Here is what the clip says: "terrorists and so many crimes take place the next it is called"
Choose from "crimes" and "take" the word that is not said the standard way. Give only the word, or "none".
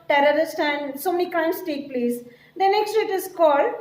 crimes